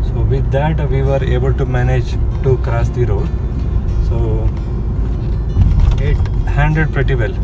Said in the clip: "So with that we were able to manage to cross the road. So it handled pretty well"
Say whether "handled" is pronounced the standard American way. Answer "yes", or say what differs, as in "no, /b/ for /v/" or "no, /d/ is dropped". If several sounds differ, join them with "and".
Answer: no, /l/ is dropped